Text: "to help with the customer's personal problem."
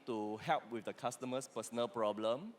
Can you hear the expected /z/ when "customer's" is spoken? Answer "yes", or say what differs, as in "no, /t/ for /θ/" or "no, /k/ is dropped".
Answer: no, /s/ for /z/